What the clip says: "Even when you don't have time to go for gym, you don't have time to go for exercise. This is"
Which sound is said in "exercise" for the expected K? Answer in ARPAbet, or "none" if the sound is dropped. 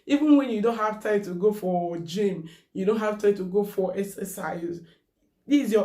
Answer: none